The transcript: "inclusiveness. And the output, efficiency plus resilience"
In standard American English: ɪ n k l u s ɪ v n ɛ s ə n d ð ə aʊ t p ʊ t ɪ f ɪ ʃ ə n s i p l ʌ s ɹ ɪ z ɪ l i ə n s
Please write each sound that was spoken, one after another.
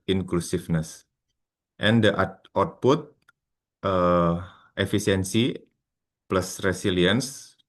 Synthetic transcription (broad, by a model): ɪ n k l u s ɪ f n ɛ s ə n d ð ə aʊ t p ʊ t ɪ f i s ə n s i p l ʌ s ɹ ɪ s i l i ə n s